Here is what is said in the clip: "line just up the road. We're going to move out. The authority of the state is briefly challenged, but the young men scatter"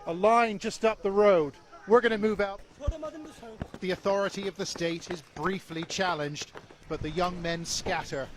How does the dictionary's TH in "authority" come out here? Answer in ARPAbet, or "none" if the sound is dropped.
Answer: TH